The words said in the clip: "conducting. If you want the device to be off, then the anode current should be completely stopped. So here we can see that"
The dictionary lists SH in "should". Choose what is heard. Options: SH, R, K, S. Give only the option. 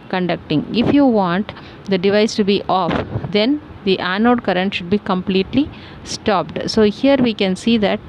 SH